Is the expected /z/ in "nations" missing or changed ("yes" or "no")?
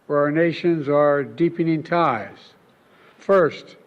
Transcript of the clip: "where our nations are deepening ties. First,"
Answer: no